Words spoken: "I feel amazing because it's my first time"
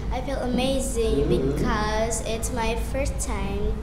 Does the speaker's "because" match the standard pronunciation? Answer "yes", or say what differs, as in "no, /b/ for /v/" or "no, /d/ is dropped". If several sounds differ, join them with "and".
yes